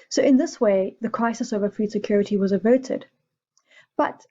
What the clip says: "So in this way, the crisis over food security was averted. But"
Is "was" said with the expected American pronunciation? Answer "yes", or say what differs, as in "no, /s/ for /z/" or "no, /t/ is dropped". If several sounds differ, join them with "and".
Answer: yes